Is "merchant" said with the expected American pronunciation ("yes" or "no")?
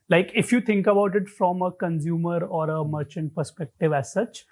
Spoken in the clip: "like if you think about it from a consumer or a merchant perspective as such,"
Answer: yes